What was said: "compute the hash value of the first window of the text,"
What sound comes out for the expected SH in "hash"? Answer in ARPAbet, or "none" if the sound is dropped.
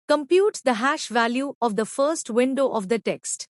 SH